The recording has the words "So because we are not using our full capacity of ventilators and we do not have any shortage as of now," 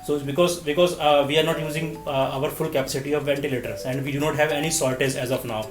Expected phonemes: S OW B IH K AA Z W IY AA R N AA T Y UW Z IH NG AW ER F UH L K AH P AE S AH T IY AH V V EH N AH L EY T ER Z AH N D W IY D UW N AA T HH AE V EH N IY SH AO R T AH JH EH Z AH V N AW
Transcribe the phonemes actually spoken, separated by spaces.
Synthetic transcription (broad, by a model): S OW B IH K AA Z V IY AA R N AA T Y UW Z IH NG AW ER F UH L K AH P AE S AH T IY AH V V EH N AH L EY T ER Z AH N D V IY D UW N AA T HH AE V EH N IY S AO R T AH Z EH Z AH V N AW